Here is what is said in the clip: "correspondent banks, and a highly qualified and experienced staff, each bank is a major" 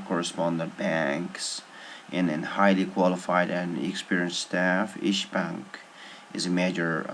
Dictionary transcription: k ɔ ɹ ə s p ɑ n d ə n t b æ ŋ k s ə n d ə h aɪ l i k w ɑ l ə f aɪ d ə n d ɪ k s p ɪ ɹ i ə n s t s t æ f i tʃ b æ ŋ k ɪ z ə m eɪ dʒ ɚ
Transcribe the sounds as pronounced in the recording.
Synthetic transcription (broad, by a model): k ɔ ɹ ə s p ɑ n d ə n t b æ ŋ k s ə n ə h aɪ l i k w ɑ l ə f aɪ d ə n ɪ k s p ɪ ɹ i ə n s t s t æ f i ʃ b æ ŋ k ɪ z ə m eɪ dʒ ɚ